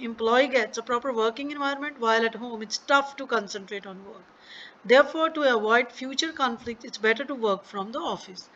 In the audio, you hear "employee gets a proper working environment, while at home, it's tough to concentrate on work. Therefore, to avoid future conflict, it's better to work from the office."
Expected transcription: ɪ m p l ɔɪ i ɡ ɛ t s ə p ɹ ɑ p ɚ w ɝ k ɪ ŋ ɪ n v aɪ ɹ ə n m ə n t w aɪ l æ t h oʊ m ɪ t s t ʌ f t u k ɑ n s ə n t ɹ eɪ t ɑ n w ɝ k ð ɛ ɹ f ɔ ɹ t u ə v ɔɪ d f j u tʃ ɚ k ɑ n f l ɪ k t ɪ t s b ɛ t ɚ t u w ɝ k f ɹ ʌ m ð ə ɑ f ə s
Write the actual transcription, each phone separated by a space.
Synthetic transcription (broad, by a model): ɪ m p l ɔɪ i ɡ ɛ t s ə p ɹ ɑ p ɚ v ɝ k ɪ ŋ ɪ n v aɪ ə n m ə n t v aɪ l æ t h oʊ m ɪ t s t ʌ f t u k ɑ n s ə n t ɹ eɪ t ɑ n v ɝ k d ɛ ɹ f ɔ ɹ t u ə v ɔɪ d f j u tʃ ɚ k ɑ n f l ɪ k t ɪ t s b ɛ t ɚ t u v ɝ k f ɹ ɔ m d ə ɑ f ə s